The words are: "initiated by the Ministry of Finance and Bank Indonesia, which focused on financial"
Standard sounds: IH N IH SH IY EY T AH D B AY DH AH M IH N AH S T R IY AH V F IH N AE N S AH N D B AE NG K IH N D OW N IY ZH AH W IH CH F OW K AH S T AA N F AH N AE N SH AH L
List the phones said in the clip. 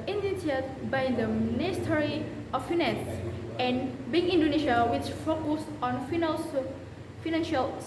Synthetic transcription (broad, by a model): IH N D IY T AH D B AY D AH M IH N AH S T R IY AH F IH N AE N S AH N B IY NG IH N D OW N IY SH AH W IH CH F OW K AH S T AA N F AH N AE N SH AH L